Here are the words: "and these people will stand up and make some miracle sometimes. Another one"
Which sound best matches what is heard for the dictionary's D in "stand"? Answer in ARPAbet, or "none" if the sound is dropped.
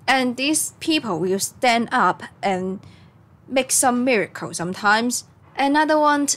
D